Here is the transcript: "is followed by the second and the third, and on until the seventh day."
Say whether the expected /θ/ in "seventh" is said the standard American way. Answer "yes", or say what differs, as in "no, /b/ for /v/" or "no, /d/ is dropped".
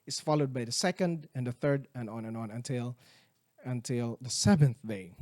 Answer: yes